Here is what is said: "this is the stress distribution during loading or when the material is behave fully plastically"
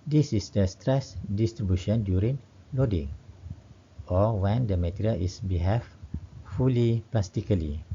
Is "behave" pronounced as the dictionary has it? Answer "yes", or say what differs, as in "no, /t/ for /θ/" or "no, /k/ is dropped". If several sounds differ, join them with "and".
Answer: no, /f/ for /v/